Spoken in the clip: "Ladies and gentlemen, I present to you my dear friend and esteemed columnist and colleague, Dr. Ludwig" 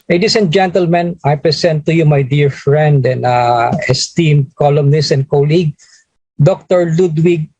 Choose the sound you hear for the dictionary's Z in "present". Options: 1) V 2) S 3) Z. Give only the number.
2